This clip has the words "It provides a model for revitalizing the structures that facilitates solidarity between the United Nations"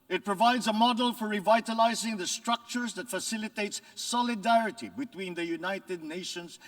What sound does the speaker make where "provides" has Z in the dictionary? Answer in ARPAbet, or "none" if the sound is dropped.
Z